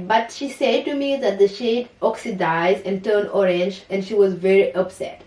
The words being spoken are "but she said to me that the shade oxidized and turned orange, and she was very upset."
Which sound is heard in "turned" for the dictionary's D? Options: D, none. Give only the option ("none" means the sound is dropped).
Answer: none